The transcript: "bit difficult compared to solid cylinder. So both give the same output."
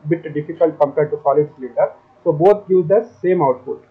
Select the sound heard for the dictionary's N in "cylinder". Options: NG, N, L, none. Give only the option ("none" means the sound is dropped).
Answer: none